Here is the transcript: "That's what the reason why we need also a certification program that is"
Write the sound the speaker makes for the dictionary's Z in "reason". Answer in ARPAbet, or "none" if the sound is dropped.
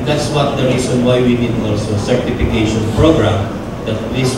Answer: S